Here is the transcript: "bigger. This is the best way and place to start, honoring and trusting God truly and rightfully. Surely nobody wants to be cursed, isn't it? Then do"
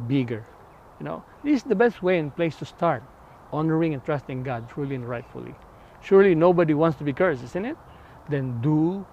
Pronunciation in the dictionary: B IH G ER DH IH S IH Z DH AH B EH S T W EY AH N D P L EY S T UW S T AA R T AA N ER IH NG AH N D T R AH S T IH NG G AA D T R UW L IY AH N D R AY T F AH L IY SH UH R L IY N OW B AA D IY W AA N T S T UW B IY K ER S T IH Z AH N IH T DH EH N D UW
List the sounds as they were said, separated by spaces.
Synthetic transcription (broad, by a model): B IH G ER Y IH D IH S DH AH B EH S T W EY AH N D P L EY S T UW S T AA R T AA N ER IH NG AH N T R AH S T IH NG G AA D T R UW L IY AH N R AY T F AH L IY SH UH R L IY N OW B AA D IY W AA N T S T UW B IY K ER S IH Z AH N IH T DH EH N D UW